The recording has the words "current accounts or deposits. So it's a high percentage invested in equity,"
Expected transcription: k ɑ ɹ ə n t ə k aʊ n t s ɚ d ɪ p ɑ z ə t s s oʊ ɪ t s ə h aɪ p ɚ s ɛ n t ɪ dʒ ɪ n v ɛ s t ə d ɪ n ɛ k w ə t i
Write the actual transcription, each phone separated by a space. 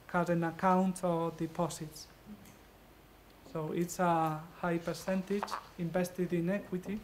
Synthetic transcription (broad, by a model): k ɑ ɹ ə n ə k aʊ n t ɚ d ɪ p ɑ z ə t s s oʊ ɪ t s ə h aɪ p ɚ s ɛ n t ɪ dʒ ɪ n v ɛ s t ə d ɪ n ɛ k w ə t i